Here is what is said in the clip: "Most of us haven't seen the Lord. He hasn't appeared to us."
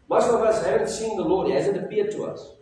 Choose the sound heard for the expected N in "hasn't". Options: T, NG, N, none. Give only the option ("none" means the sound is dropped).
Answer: none